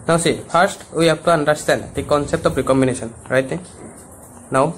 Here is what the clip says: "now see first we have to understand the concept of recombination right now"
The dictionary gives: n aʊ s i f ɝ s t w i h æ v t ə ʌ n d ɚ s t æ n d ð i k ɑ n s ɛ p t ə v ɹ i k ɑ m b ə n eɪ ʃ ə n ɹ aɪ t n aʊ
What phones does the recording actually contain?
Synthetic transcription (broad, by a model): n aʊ s i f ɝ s t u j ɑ p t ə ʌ n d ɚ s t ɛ n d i k ɑ n s ɛ p t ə p ɹ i k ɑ m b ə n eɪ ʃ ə n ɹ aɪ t n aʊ